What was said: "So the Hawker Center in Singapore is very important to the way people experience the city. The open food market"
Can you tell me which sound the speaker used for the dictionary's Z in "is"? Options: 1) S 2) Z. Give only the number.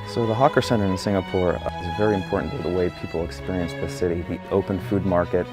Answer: 2